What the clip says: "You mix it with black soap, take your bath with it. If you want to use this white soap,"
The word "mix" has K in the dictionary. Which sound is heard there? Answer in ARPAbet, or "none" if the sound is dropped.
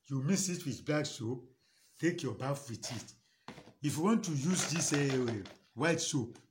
none